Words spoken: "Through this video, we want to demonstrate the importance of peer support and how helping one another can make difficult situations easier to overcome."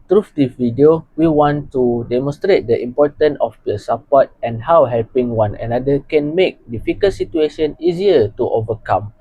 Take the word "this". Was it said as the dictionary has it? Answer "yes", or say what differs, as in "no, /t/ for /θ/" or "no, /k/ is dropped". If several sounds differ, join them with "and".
no, /s/ is dropped